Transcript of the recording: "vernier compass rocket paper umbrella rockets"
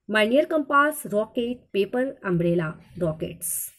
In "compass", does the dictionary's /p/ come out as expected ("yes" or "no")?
yes